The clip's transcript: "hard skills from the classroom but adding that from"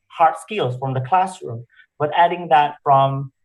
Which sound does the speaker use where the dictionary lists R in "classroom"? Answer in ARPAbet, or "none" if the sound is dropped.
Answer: R